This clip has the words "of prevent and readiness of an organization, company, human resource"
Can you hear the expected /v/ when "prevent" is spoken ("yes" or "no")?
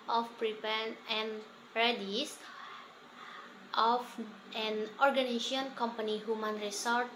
no